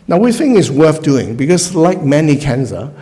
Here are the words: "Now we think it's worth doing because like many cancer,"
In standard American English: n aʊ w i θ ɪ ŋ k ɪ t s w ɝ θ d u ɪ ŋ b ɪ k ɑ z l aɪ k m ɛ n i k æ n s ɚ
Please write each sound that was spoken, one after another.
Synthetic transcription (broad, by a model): n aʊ w i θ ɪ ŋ ɪ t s w ɝ θ d u ɪ ŋ b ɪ k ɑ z l aɪ k m ɛ n i k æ n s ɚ